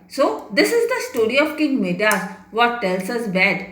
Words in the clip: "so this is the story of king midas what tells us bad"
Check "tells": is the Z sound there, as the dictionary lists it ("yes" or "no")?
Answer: no